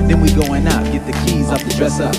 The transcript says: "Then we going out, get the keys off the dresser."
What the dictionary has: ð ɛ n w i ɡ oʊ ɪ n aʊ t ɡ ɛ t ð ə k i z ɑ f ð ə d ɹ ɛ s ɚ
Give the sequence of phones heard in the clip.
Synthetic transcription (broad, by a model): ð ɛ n w i ɡ oʊ ɪ n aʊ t ɡ ɛ t ð ə k i z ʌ p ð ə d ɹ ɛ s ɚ